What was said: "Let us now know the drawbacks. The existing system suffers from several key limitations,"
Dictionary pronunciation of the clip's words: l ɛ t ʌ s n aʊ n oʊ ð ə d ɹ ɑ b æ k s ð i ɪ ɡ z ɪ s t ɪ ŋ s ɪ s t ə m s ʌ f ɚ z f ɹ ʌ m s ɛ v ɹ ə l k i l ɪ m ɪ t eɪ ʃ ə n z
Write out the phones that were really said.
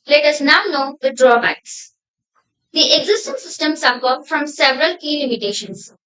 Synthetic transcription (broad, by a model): l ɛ t ʌ s n aʊ n oʊ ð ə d ɹ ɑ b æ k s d i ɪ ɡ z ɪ s t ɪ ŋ s ɪ s t ə m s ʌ p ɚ f ɹ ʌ m s ɛ v ɹ ə l k i l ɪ m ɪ t eɪ ʃ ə n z